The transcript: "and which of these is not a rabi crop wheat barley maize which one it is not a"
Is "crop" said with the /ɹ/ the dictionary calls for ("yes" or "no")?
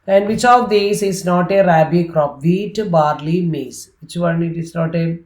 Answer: yes